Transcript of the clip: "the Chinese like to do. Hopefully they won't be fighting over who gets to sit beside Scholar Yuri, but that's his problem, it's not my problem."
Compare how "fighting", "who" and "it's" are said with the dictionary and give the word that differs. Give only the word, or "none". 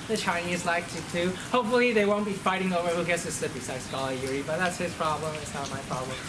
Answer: none